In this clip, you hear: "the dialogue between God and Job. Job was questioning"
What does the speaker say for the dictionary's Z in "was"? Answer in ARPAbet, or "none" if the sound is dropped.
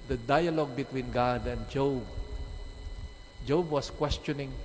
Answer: S